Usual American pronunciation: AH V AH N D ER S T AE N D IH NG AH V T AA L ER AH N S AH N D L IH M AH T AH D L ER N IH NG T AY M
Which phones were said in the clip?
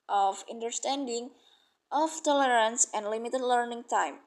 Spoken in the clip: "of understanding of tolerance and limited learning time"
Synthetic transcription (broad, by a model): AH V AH N D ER S T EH N D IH NG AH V T AA L ER AH N S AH N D L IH M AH T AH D L ER N IH NG T AY M